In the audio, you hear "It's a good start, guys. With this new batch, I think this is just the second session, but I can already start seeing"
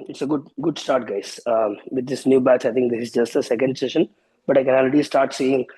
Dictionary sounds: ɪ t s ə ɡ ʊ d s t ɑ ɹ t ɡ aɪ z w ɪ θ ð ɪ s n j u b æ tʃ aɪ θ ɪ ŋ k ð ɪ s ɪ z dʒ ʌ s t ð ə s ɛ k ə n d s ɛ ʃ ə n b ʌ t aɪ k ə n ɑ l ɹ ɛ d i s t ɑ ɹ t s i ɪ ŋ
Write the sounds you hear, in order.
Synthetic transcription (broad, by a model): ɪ t s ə ɡ ʊ d s t ɑ ɹ t ɡ aɪ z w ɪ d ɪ s n j u b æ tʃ aɪ t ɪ ŋ k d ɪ s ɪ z dʒ ʌ s t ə s ɛ k ə n d s ɛ ʃ ə n b ʌ t aɪ k ə n ɑ l ɹ ɛ d i s t ɑ ɹ t s i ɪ ŋ